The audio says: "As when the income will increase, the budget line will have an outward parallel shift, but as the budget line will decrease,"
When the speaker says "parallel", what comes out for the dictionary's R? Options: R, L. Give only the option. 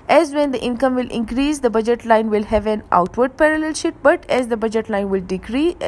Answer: R